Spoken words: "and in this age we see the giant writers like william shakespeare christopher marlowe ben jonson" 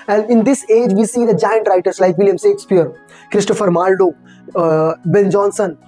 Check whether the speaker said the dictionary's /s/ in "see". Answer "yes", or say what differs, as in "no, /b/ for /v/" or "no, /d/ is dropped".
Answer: yes